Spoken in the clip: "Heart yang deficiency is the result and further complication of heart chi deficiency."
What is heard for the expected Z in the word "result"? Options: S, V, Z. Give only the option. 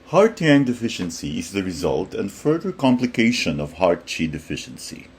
Z